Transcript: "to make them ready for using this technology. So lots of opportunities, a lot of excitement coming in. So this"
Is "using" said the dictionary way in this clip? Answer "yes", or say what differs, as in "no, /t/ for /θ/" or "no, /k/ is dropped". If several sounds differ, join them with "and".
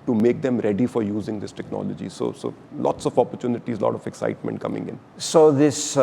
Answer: yes